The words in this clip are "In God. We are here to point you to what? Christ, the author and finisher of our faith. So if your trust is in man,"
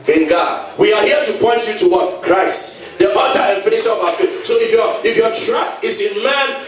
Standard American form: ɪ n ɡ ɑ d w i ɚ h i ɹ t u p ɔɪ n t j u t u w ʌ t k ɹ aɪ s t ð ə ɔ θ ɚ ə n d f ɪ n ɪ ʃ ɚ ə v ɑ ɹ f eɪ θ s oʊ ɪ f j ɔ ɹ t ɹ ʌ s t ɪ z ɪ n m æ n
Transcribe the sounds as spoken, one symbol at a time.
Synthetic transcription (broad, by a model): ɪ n ɡ ɑ d w i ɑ h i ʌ t u p ɔɪ n t j u t u w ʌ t k ɹ aɪ s t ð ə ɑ t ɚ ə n f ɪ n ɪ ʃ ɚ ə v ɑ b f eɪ s oʊ ɪ f j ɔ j t ɹ ʌ s t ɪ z ɪ n m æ n